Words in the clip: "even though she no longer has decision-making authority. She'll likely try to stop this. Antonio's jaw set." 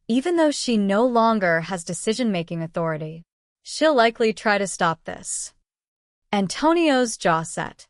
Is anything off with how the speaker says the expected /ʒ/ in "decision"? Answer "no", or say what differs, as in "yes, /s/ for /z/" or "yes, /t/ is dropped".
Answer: no